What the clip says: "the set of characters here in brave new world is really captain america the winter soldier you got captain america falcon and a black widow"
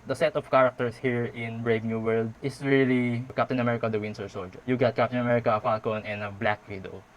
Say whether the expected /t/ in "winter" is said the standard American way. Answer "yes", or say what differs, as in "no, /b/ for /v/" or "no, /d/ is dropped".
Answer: no, /s/ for /t/